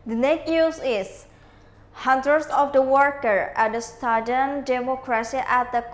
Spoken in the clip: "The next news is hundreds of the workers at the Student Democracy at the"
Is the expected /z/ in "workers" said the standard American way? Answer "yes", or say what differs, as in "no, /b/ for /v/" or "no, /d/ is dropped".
no, /z/ is dropped